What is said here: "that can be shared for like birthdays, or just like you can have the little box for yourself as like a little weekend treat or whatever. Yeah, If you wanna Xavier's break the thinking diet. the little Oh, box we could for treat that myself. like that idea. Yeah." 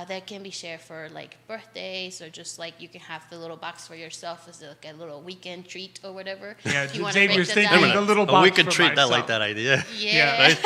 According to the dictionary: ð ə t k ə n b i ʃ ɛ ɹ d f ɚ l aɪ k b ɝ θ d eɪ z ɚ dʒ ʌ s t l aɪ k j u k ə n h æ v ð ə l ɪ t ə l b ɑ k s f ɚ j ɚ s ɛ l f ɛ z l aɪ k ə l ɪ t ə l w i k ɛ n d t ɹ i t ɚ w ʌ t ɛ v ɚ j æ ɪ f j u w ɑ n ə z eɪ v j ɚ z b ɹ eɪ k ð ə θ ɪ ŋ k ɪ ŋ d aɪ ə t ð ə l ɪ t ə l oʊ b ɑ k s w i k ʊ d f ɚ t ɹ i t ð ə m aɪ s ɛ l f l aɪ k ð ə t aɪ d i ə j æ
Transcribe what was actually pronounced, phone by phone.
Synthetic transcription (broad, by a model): ð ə t k ə n b i ʃ ɛ ɹ d f ɚ l aɪ k b ɝ θ d eɪ z ɚ dʒ ʌ s t l aɪ k j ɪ k ə n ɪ v ð ə l ɪ t l b ɑ k s f ɚ j ɚ s ɛ l f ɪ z l aɪ k ə l ɪ t l w i k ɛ n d t ɹ i t ɚ w ʌ t ɛ v ɚ j æ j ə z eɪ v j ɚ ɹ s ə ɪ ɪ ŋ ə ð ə l ɪ t l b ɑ w i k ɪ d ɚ t ɹ i t ð ə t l l aɪ k ð ə t aɪ d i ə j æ